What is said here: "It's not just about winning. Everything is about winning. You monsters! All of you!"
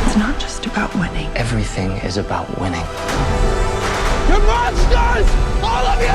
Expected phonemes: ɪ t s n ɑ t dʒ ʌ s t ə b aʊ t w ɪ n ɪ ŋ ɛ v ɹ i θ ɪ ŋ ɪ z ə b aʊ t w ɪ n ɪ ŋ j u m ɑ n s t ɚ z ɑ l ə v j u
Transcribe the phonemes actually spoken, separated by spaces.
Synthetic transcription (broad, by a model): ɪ t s n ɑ t dʒ ʌ s t ə b aʊ t w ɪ n ɪ ŋ ɛ v ɹ i θ ɪ ŋ ɪ z ə b aʊ t w ɪ n ɪ ŋ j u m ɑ s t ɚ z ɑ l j